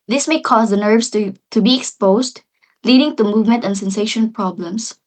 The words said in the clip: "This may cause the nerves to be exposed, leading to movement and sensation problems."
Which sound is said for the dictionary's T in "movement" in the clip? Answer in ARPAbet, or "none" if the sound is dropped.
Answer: T